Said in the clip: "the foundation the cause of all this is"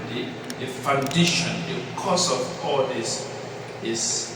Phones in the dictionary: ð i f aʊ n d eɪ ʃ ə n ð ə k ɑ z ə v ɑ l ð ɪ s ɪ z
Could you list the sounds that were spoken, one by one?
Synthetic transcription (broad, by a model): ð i f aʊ n d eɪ ʃ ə n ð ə k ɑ s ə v ɑ l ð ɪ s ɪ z